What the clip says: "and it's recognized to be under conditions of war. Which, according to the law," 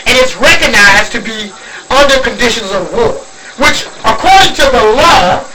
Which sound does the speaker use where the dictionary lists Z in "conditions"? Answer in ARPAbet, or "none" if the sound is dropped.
Z